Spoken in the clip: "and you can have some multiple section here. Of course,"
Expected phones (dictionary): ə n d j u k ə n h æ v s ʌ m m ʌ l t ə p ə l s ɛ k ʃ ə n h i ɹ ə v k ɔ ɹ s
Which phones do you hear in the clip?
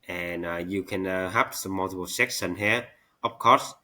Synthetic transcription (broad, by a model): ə n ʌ j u k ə n h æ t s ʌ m m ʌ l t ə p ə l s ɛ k s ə n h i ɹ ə p k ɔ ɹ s